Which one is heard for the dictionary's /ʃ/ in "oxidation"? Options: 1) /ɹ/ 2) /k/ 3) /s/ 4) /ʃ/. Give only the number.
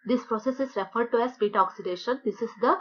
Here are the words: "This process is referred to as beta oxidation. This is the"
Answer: 4